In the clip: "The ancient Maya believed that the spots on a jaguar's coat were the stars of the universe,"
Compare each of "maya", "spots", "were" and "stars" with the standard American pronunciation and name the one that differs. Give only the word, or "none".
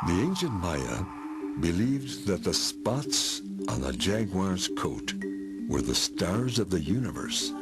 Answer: none